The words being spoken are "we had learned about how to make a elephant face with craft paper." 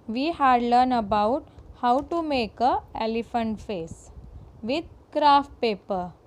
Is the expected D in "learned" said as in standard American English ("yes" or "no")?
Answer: no